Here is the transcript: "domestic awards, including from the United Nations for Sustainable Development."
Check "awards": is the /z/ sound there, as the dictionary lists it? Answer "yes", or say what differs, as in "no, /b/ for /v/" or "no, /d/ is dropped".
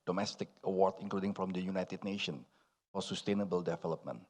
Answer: no, /z/ is dropped